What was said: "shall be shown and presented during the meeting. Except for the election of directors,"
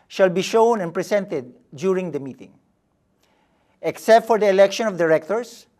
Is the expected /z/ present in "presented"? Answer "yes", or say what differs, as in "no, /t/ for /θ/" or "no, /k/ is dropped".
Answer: no, /s/ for /z/